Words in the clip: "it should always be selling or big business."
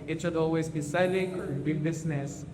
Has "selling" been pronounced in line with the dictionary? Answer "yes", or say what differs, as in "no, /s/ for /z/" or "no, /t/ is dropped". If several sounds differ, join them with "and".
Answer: no, /l/ is dropped